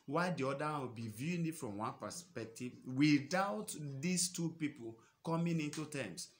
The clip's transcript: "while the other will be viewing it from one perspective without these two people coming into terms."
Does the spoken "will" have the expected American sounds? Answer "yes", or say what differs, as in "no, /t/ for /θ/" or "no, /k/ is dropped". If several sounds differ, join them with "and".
no, /w/ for /l/